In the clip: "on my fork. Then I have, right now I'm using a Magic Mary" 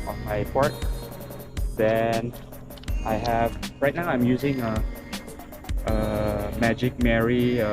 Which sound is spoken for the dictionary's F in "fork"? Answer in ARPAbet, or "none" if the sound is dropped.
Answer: P